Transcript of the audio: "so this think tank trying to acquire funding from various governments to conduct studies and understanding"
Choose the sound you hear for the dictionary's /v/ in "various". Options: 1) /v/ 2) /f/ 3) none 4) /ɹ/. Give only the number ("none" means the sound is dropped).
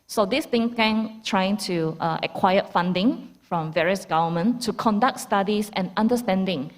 1